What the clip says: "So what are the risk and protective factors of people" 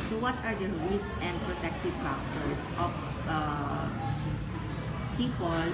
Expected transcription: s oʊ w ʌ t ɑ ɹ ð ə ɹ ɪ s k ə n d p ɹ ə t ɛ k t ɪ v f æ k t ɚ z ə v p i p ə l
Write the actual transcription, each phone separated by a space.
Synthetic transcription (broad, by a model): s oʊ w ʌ t ɑ ɹ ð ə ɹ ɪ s ə n d p ɹ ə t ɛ k t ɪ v p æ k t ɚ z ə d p i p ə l